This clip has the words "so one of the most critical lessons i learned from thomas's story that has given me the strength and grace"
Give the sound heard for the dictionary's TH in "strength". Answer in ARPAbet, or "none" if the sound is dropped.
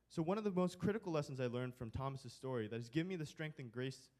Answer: TH